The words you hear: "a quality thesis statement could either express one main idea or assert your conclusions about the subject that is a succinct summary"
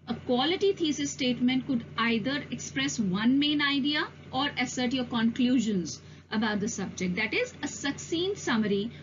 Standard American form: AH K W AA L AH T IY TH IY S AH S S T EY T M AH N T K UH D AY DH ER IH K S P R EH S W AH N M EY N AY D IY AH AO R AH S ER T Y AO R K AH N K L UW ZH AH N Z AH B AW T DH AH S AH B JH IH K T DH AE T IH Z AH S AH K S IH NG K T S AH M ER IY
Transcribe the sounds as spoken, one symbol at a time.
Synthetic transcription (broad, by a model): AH K W AA L AH T IY T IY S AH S S T EY T M AH N T K UH D AY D ER IH K S P R EH S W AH N M EY N AY D IY AH AO R AH S ER T Y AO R K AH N K L UW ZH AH N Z AH B AW T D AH S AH B JH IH K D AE T IH Z AH S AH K S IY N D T S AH M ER IY